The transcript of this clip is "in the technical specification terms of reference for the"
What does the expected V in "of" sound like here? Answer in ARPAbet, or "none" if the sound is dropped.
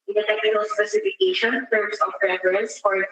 P